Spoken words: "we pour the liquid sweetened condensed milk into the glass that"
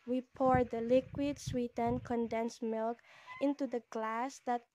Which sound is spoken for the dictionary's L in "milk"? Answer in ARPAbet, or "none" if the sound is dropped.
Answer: L